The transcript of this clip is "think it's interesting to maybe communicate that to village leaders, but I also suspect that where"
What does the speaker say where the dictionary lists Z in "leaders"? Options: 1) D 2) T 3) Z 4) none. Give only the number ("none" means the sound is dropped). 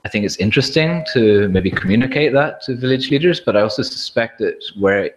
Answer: 3